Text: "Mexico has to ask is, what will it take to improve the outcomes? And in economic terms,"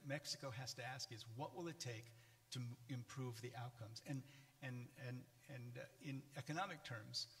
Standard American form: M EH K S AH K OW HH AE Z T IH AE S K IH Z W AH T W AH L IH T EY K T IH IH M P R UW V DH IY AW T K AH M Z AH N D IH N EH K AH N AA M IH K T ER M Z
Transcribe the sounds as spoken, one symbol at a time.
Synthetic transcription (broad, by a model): M EH K S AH K OW HH AE Z T IH AE S K IH Z W AH T W AH L IH T EY K T IH IH M P R UW V DH IY AW T K AH M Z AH N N IH N EH K AH N AA M IH K T ER M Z